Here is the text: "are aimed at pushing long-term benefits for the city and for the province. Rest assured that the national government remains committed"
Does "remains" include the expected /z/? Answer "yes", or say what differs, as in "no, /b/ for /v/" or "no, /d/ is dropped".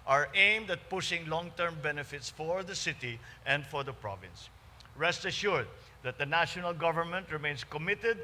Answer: no, /s/ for /z/